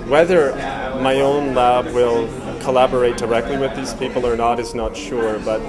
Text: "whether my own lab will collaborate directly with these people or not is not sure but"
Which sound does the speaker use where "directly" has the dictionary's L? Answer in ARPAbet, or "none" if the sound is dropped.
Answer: L